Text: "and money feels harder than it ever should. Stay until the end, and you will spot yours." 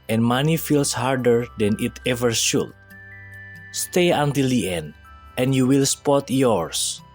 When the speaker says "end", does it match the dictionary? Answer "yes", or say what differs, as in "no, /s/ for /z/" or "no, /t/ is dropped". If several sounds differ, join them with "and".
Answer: yes